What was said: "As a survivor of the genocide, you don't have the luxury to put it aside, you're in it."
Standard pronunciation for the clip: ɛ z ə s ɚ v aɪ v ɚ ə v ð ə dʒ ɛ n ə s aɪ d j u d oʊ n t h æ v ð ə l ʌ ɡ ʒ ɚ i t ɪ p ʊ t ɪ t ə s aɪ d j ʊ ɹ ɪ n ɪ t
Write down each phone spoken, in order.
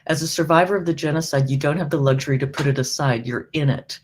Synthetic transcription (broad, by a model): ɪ z ə s ɚ v aɪ v ɚ ə v ð ə dʒ ɛ n ə s aɪ d j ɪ d oʊ n t h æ v ð ə l ʌ ɡ ʒ ɚ i t ɪ p ʊ t ɪ t ə s aɪ d j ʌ ɹ ɪ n ɪ t